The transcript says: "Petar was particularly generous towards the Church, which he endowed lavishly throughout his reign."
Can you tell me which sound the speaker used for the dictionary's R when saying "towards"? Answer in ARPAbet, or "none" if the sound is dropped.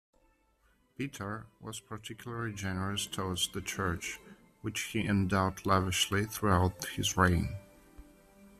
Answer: W